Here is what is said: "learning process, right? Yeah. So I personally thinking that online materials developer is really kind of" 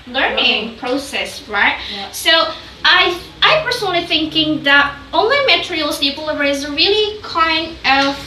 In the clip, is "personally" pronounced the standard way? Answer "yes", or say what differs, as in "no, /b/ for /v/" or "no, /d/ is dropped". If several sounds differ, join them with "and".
no, /l/ is dropped